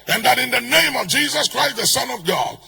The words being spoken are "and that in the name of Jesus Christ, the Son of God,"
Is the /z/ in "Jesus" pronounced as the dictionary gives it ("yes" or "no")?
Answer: yes